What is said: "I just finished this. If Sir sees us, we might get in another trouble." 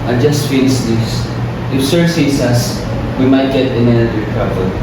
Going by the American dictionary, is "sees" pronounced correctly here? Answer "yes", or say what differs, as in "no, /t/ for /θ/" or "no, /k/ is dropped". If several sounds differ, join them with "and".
no, /s/ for /z/